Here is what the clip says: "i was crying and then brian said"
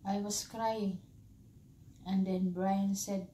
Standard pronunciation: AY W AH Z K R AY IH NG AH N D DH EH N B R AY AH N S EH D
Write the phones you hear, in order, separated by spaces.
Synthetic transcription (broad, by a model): AY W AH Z K R AY IH NG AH N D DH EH N B R AY AH N S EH D